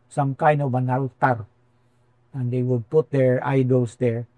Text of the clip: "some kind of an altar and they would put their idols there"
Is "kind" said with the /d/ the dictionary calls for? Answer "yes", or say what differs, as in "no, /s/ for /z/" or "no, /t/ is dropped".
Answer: no, /d/ is dropped